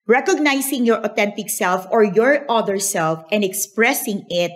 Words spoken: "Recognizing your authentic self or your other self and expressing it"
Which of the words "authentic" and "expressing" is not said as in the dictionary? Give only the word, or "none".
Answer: authentic